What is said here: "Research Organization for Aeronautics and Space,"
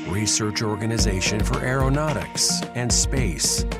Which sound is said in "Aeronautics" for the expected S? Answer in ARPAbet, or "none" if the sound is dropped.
S